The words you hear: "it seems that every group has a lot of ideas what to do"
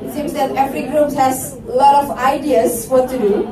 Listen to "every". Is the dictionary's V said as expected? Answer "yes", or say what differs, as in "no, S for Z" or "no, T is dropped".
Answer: no, F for V